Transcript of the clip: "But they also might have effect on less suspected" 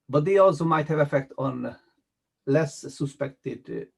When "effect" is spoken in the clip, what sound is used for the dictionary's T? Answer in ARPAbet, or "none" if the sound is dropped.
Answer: T